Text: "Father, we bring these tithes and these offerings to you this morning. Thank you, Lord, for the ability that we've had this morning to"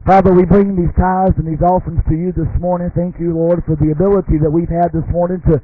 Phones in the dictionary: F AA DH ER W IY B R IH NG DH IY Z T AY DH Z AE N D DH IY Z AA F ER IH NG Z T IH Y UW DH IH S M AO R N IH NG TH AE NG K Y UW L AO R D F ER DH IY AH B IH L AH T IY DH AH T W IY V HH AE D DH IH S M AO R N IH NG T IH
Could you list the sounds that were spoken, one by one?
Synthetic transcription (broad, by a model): F AA DH ER W IY B R IH NG DH IY Z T AY Z N DH IY Z AA F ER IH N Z T IH Y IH DH IH S M AO R N IH NG TH AE NG K Y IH L AO R D F ER DH IY AH B IH L AH T IY DH AH T W IY V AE D DH IH S M AO R N IH NG T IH